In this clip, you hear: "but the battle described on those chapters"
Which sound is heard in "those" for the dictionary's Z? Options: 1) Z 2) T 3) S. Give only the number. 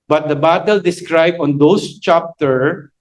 3